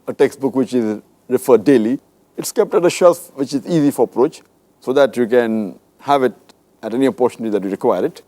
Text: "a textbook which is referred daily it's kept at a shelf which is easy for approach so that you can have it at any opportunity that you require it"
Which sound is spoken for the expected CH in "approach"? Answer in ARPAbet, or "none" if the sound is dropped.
CH